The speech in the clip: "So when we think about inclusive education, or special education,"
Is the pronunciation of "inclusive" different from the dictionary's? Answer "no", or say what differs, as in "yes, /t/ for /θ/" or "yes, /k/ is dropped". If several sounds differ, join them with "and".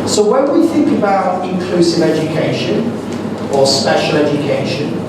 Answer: no